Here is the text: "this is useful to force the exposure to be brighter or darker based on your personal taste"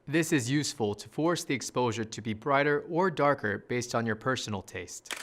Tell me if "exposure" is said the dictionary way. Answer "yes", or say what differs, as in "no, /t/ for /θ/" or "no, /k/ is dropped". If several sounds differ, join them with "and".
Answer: yes